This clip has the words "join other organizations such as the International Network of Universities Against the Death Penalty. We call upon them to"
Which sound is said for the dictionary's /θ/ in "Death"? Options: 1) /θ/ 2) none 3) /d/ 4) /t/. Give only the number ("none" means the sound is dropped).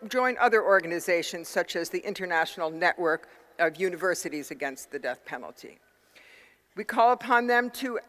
1